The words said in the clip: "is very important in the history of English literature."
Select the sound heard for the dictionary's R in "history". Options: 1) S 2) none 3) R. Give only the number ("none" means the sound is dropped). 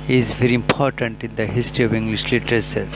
3